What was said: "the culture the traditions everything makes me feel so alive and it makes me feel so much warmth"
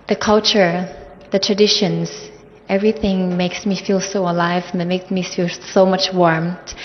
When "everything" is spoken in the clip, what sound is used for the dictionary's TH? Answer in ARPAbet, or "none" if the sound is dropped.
TH